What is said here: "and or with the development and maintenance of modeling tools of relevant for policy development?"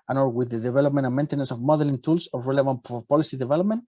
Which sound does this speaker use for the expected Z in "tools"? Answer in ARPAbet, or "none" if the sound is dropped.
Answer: S